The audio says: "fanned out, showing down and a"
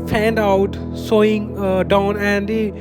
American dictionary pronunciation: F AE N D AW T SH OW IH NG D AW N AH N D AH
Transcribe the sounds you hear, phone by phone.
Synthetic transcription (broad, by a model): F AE N D AW T S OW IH NG D AW N AH N D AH